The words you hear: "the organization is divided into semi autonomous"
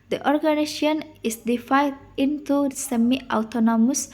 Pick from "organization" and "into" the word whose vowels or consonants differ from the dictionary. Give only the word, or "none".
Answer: organization